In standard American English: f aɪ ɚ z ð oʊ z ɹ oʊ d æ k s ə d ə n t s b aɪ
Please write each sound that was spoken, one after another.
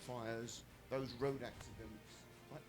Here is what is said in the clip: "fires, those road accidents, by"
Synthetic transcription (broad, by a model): f aɪ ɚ z ð oʊ z ɹ oʊ d æ k s ə d ə n t s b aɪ